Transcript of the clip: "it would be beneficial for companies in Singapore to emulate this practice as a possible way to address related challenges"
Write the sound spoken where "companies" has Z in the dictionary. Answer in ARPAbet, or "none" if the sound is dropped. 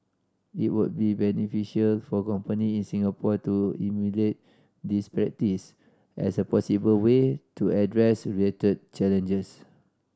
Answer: none